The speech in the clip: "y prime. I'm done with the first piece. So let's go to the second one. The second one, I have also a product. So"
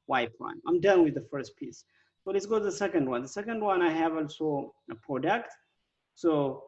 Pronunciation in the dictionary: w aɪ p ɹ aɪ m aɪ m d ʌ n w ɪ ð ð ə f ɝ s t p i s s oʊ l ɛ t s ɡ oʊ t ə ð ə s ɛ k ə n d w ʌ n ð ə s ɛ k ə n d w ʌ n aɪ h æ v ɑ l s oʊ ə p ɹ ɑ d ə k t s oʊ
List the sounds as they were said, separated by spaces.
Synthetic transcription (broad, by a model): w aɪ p l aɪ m aɪ m d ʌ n w ɪ ð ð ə f ɝ s t p i s s oʊ l ɛ t s ɡ oʊ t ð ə s ɛ k ə n d w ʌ n ð ə s ɛ k ə n d w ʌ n aɪ h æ v ɑ l s oʊ ə p ɹ ɑ d ə k t s oʊ